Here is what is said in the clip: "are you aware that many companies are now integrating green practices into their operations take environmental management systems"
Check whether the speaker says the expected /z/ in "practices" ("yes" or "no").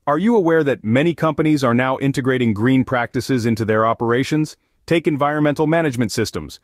yes